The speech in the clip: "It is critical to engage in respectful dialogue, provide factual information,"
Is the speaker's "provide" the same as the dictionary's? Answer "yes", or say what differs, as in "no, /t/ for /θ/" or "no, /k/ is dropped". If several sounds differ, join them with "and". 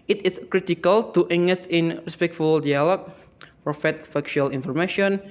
no, /f/ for /v/